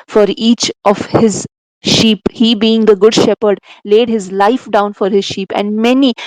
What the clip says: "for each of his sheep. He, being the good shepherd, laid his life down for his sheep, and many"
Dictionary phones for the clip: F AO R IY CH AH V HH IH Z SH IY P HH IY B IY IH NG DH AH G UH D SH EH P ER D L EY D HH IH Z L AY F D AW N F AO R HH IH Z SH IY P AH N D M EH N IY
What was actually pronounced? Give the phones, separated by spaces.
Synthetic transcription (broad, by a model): F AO R IY CH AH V HH IH Z SH IY P HH IY B IY IH NG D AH G UH D SH EH P ER D L EY D HH IH Z L AY F D AW N F AO R HH IH Z SH IY P AH N D M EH N IY